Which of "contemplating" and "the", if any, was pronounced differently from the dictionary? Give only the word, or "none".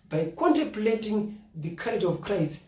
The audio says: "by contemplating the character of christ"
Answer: none